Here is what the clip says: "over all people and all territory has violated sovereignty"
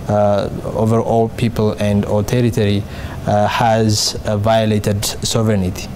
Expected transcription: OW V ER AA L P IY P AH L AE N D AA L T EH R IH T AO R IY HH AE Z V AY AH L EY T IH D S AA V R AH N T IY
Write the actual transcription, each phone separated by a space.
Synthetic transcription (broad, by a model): OW V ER AA L P IY P AH L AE N D AA L T EH R IH T AO R IY HH AE Z V AY AH L EY T IH D S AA V R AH N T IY